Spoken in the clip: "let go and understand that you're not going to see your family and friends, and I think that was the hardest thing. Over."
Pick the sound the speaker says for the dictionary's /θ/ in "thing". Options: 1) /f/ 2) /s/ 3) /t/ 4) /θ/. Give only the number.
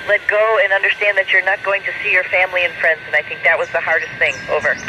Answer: 4